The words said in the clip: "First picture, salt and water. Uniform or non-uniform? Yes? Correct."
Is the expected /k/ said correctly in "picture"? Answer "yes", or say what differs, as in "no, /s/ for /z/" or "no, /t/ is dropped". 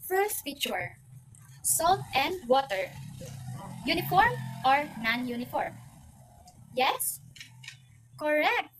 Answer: no, /k/ is dropped